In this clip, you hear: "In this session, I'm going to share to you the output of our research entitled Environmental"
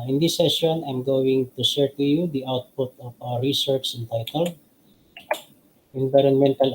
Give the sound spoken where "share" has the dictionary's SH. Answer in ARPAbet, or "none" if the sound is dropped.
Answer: S